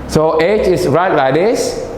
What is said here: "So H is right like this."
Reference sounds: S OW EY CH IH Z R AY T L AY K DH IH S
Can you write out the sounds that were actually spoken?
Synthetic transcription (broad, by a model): S OW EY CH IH S R AY T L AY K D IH S